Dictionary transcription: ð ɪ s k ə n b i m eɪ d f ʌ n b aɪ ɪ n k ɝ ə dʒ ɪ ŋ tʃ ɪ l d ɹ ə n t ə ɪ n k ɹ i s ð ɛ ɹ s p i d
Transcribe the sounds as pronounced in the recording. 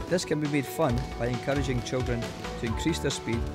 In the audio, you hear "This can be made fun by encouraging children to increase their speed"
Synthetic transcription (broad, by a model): ð ɪ s k ə n b i m eɪ d f ʌ n b aɪ ɪ n k ɝ ə dʒ ɪ ŋ tʃ ɪ l d ɹ ə n t ə ɪ n k ɹ i s ð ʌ ɹ s p i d